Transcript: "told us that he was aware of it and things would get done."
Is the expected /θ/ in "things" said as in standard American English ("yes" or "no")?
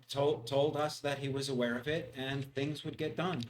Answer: yes